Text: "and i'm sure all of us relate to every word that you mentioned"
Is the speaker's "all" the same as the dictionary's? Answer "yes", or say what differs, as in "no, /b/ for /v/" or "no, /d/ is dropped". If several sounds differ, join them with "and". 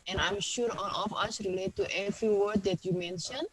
no, /n/ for /l/